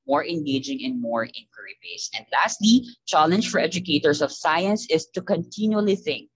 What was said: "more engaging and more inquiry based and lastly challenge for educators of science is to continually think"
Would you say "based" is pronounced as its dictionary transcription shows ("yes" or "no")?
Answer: no